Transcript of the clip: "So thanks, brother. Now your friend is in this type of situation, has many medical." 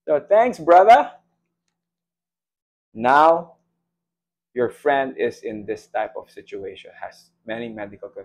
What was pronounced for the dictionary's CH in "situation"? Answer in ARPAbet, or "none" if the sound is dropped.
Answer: CH